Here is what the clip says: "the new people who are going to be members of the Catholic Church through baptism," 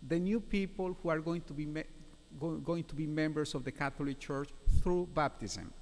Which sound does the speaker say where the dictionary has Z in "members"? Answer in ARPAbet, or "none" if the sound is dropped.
S